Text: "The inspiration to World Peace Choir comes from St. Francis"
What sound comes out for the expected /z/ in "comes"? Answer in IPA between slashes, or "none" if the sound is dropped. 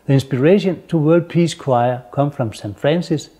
none